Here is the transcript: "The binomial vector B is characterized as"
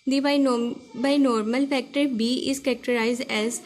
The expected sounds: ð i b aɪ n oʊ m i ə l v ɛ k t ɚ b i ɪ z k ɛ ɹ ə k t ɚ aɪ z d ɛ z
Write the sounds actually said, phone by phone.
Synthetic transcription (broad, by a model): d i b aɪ n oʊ m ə l f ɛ k t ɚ b i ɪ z k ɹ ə k t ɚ aɪ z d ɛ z